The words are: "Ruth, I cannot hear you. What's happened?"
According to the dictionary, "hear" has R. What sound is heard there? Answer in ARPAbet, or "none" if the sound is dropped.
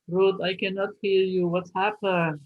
R